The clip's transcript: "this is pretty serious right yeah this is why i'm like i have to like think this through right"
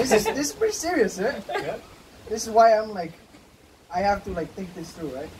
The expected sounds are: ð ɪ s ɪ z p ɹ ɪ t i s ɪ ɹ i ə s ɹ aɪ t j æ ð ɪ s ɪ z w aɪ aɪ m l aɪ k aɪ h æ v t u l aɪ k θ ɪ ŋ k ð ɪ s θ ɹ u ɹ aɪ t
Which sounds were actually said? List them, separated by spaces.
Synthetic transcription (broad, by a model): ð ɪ s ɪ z p ɹ ɪ t i s ɪ ɹ i ə s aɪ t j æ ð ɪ s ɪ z w aɪ aɪ m l aɪ k aɪ h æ f t u l aɪ k θ ɪ ŋ k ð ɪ s t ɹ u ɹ aɪ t